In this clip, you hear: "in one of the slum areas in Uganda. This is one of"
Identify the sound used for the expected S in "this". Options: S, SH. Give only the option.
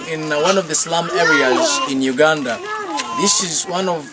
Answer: S